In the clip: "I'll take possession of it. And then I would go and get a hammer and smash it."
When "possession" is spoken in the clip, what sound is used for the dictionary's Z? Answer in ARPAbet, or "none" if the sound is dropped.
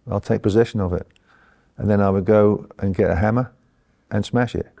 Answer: Z